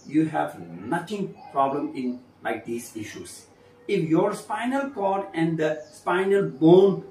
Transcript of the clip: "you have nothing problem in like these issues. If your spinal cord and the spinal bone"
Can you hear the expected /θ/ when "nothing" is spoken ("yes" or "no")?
no